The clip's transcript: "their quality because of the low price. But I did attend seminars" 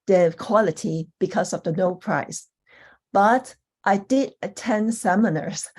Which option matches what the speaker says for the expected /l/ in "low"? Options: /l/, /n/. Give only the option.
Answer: /n/